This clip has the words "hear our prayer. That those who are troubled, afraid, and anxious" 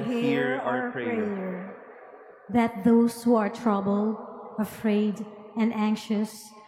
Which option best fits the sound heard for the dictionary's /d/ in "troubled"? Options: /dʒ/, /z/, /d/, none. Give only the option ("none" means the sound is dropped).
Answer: none